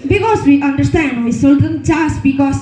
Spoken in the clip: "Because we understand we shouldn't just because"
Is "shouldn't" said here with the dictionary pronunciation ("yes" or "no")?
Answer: no